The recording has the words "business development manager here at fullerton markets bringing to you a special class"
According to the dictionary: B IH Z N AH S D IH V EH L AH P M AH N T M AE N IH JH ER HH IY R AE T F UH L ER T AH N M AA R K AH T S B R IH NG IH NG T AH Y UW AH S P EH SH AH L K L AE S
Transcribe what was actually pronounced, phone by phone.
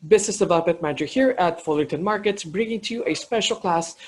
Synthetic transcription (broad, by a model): B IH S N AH S D IH V EH L AH P M AH N T M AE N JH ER HH IY R AE T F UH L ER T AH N M AA R K AH T S B R IH NG IH NG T Y UW AH S P EH SH AH L K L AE S